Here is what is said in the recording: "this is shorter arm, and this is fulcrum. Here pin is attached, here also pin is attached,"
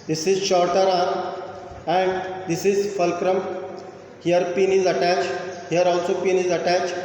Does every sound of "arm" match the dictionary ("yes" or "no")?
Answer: no